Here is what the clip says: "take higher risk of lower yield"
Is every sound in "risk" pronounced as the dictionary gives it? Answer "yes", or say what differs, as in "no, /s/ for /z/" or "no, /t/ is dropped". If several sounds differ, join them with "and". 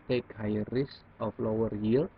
no, /k/ is dropped